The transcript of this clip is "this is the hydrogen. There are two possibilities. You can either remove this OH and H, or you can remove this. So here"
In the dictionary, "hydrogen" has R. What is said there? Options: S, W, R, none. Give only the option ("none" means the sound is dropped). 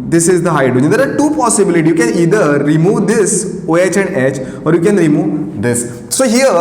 none